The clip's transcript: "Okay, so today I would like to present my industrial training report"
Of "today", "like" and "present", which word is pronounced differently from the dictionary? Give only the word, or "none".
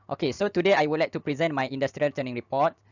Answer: none